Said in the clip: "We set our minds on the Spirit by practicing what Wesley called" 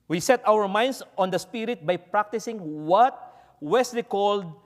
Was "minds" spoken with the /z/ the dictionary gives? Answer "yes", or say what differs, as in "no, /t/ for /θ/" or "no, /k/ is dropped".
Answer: no, /s/ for /z/